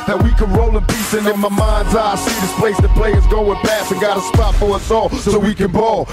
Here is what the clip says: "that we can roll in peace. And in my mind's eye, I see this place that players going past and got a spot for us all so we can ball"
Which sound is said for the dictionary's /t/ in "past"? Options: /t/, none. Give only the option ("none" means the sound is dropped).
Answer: none